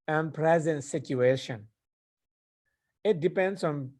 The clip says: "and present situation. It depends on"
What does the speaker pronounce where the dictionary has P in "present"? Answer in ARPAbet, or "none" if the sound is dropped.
P